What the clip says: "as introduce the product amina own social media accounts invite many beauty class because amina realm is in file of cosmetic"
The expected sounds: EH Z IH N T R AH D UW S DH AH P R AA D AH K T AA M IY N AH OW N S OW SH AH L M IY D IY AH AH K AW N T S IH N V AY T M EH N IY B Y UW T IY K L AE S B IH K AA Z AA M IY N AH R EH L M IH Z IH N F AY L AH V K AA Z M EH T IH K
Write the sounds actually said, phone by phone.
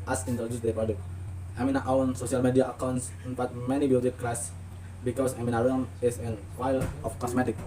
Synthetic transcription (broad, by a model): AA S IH N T R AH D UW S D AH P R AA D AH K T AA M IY N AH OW N S OW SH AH L M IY D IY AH AH K AW N T S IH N F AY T M EH N IY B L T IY K L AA S B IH K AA S AA M IY N AH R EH M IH S IH N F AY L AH F K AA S M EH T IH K